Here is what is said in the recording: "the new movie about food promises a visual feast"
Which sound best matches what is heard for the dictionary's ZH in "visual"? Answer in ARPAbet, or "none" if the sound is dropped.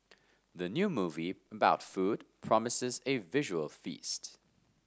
ZH